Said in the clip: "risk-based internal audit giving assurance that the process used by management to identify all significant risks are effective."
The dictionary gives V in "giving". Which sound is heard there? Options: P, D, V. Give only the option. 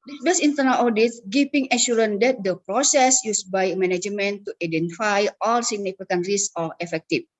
P